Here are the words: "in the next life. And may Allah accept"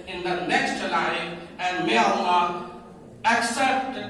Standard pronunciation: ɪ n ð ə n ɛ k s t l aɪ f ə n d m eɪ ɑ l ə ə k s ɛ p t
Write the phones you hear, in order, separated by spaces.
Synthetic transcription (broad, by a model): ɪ n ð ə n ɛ k s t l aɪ ə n m eɪ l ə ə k s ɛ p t